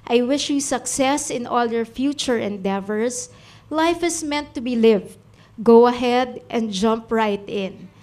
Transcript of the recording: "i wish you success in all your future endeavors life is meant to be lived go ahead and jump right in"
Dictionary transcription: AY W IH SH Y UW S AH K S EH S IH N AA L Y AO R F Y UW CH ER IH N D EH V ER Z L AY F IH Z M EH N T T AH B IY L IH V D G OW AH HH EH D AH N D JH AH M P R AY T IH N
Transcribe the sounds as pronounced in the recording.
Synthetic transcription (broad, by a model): AY W IH SH Y UW S AH K S EH S IH N AA L Y AO R F Y UW CH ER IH N D EH V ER S L AY F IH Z M EH N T T AH B IY L IH V D G OW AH HH EH D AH N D JH AH M P R AY T IH N